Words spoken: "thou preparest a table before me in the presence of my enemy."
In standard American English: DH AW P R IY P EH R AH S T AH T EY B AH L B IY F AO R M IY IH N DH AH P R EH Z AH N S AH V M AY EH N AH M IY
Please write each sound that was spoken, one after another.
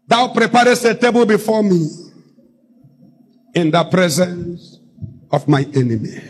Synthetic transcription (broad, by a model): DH AW P R IY P EH R AH S T AH T EY B AH L B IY F AO M IY IH N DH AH P R EH Z AH N S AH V M AY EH N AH M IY